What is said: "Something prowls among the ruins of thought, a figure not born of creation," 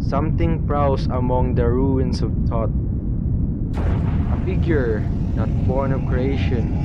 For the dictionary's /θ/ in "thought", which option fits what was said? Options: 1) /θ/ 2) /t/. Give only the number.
2